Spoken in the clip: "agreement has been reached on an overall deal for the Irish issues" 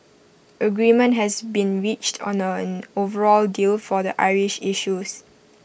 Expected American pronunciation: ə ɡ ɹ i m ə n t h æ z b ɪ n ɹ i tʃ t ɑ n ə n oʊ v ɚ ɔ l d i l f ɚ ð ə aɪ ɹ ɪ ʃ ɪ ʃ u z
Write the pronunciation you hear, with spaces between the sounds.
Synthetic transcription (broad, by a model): ə ɡ ɹ i m ə n t h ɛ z b ɪ n ɹ i tʃ t ɑ n ə n oʊ v ɚ ɔ l d i l f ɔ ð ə aɪ ɹ ɪ ʃ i ʃ u s